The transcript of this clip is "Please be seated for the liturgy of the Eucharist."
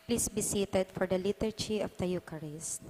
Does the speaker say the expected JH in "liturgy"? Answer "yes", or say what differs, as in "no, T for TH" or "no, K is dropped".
no, CH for JH